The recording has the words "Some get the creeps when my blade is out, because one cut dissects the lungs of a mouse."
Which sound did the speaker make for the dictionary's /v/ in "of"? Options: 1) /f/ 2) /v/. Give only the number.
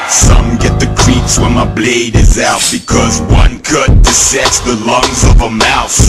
2